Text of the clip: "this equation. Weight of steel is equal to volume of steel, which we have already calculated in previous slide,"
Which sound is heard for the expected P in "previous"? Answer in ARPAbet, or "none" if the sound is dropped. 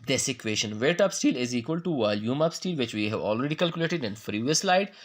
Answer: F